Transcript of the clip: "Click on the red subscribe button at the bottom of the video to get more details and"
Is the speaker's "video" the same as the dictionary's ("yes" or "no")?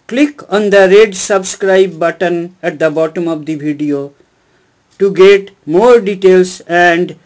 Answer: no